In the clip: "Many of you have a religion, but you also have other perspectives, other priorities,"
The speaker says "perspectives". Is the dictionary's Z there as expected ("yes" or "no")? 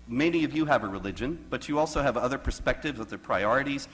yes